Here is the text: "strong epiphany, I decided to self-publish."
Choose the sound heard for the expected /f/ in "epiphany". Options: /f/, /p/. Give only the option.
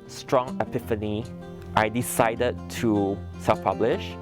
/f/